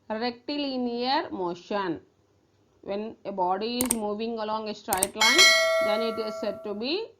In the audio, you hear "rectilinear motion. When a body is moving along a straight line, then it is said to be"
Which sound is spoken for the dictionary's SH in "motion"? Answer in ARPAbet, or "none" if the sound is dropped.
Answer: SH